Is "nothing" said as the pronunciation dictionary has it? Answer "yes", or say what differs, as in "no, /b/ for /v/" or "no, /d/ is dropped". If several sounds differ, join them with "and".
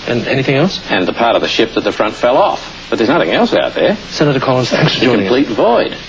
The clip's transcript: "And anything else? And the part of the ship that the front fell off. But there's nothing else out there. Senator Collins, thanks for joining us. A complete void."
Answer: yes